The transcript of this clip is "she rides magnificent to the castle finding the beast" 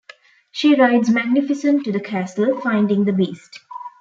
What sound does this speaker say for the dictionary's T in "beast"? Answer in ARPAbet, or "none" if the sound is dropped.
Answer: T